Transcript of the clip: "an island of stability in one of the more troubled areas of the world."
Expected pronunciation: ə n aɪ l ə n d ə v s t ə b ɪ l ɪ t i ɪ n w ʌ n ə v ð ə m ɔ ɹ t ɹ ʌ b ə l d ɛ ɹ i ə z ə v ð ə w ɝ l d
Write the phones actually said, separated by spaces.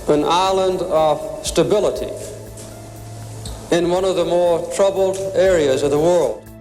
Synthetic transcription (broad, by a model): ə n aɪ l ə n d ə v s t ə b ɪ l ɪ t i ɪ n w ʌ n ə v ð ə m ɔ ɹ t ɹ ʌ b l d ɛ ɹ i ə z ə v ð ə w ɝ l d